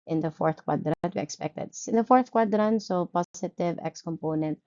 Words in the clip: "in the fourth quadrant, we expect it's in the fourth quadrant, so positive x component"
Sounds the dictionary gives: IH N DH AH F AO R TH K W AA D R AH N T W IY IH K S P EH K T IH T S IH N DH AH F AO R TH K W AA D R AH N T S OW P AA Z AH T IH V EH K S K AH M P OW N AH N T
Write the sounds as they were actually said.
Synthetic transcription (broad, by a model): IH N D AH F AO R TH K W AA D R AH T W IY IH K S P EH K T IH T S IH N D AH F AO R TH K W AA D R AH N S OW P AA S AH T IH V EH K S K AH M P OW N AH N T